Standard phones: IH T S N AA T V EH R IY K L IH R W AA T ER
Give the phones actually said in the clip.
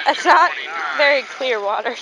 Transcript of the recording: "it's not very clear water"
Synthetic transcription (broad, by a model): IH T S N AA T V EH R IY K L IH R W AA T ER